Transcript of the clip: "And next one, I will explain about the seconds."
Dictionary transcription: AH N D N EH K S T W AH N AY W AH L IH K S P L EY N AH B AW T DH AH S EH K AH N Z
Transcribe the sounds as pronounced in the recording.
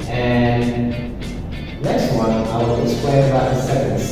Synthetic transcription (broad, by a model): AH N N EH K S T W AH N AY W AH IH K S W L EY AH B AW T DH AH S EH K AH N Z